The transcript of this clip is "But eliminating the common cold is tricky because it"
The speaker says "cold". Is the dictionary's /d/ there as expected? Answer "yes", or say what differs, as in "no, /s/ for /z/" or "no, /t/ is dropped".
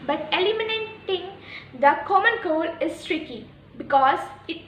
no, /d/ is dropped